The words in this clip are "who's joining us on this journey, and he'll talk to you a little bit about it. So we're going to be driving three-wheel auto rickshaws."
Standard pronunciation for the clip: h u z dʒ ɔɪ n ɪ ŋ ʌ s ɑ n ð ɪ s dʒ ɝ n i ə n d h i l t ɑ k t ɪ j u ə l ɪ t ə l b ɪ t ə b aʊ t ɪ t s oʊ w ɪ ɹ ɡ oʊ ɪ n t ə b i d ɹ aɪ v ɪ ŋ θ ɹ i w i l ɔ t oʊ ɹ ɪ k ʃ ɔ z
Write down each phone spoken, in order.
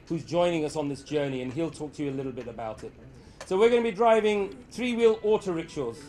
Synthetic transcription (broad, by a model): h u z dʒ ɔɪ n ɪ ŋ ʌ s n ð ɪ s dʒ ɝ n i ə n i l t ɑ k t ɪ j u ə l ɪ t l b ɪ t ə b aʊ t ɪ t s oʊ w ɪ ɹ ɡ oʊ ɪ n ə b i d ɹ aɪ v ɪ ŋ θ ɹ i w i l ɔ t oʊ ɹ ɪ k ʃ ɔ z